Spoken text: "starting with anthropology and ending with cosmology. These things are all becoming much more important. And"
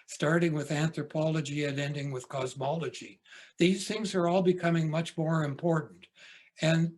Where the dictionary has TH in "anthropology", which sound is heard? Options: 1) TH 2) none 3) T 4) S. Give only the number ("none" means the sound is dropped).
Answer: 1